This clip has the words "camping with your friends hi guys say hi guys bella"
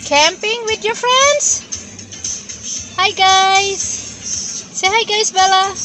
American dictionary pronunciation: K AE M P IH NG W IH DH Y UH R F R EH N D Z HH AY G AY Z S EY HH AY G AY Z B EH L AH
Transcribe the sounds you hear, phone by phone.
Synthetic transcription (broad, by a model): K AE M P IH NG W IH DH Y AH R F R EH N D Z HH AY G AY Z S EY HH AY G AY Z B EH L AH